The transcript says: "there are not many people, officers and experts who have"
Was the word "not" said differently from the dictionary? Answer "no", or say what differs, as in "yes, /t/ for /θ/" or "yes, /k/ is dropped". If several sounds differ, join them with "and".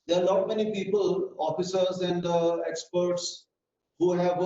yes, /l/ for /n/